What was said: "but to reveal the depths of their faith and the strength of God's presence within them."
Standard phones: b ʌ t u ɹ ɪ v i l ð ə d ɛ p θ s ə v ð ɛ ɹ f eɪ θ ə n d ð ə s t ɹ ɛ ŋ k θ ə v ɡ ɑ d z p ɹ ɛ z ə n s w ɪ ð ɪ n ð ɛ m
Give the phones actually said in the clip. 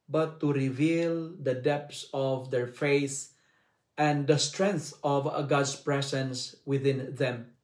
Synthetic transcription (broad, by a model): b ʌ t u ɹ ɪ v i l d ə d ɛ p t s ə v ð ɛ ɹ f eɪ s ə n d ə s t ɹ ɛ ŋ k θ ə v ɡ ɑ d s p ɹ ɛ s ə n s w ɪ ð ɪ n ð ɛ m